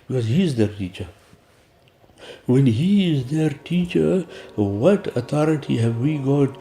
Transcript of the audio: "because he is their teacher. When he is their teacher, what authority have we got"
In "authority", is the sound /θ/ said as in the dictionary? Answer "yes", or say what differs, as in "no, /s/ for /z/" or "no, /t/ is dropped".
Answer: no, /t/ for /θ/